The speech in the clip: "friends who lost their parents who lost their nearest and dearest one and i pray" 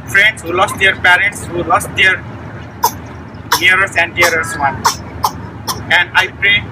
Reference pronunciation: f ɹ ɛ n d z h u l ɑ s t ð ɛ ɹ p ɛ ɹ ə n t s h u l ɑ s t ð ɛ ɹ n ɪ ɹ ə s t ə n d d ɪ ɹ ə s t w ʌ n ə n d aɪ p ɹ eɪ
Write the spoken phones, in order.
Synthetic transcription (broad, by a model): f ɹ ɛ n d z h u l ɑ s t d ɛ ɹ p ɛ ɹ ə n t s h u l ɑ s t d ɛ ɹ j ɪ ɹ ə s ə n d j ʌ ɹ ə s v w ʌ n ə n d aɪ p ɹ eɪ